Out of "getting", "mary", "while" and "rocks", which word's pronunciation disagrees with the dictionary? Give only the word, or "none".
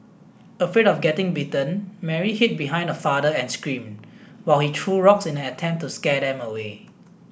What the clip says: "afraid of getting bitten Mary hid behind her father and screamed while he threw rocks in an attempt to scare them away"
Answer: none